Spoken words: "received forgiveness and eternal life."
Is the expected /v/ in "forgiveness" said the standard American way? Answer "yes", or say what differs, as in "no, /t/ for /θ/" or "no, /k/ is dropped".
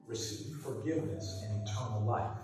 yes